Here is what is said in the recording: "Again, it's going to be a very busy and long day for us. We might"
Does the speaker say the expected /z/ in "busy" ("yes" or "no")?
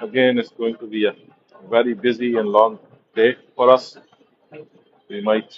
yes